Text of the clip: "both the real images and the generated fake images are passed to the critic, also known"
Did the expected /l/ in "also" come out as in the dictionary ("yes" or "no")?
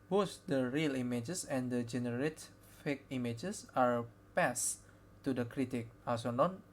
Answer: no